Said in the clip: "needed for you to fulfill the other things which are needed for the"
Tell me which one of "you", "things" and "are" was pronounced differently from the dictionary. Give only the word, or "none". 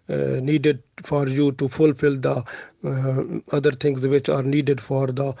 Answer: things